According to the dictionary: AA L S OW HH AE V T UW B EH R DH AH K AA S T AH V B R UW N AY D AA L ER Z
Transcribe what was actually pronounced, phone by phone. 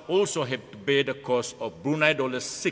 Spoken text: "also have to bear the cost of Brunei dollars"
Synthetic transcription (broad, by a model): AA L S OW HH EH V T UW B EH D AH K AA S AH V B R UW N AY D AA L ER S